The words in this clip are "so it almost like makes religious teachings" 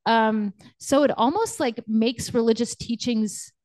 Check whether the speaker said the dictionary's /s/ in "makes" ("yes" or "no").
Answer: yes